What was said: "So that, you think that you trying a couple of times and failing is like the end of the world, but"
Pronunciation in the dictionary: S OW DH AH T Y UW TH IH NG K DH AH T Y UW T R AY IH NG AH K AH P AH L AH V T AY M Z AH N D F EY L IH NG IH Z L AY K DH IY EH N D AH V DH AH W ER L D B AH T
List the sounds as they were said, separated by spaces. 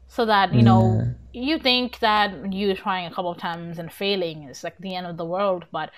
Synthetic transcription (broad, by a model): S OW DH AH T Y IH TH IH NG K DH AH T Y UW T R AY IH NG AH K AH P L AH V T AY M Z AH N F EY L IH NG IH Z L AY K DH IY EH N D AH V DH AH W ER L D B AH T